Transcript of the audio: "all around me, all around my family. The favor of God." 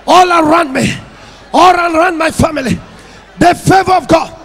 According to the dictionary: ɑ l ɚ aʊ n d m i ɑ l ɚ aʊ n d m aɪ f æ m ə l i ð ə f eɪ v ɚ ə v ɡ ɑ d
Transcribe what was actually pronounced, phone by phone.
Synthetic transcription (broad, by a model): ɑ l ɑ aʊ n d m i ɑ l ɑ aʊ n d m aɪ f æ m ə l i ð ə f eɪ v ɚ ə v ɡ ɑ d